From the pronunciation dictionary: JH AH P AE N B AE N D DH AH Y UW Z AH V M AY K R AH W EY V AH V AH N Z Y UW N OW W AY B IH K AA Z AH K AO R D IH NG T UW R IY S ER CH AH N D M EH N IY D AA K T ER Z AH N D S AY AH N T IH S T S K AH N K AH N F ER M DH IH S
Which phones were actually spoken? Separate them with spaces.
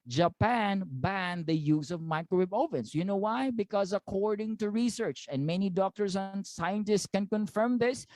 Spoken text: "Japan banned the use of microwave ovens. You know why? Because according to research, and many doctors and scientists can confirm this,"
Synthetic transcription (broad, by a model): JH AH P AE N B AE N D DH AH Y UW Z AH V M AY K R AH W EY B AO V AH N S Y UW N OW W AY B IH K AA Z AH K AO R D IH NG T UW R IY S ER CH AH N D M EH N IY D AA K T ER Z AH N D S AY AH N T IH S T S K AH N K AH N F ER M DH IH S